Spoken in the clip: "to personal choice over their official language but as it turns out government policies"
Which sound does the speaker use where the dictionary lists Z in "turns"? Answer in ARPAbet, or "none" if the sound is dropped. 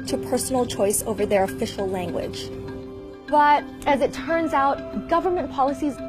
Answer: Z